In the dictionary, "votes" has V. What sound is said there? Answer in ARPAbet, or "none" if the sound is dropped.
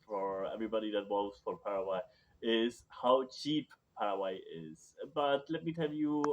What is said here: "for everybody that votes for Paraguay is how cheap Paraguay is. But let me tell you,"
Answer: W